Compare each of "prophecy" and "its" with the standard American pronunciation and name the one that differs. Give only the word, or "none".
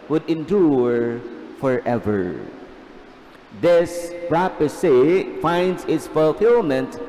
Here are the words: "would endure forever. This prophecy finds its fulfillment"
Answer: prophecy